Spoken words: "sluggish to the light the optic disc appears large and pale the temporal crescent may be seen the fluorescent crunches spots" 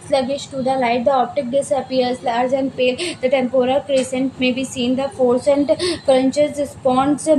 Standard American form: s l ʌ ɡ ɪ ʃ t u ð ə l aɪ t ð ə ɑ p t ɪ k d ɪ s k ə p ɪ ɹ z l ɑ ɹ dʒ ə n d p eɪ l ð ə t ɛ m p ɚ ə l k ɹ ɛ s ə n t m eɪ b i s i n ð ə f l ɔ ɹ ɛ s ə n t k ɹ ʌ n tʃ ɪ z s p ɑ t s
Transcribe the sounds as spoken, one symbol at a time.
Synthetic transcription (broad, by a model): s l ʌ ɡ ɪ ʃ t u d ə l aɪ t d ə ɑ p t ɪ k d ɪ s ə p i ɹ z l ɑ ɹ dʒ ə n d p eɪ l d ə t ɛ m p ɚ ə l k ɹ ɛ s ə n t m eɪ b i s i n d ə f ɔ ɹ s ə n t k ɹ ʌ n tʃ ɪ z s p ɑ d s